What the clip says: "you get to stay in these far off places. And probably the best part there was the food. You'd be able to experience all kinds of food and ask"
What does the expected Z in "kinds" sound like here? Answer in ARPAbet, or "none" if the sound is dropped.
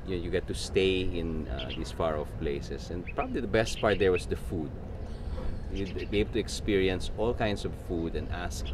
S